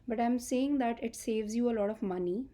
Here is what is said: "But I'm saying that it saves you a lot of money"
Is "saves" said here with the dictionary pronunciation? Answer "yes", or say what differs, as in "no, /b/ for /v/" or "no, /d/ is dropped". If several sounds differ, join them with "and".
yes